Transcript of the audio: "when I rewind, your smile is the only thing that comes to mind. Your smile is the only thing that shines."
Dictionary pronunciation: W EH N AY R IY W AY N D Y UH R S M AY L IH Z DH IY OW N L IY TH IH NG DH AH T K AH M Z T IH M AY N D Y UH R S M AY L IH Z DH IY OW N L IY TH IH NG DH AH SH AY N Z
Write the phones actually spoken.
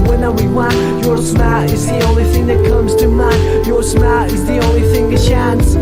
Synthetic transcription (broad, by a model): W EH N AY W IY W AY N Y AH R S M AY IH Z DH IY OW N L IY TH IH NG DH AH T K AH M Z T IH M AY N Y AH R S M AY IH Z DH IY OW N L IY TH IH NG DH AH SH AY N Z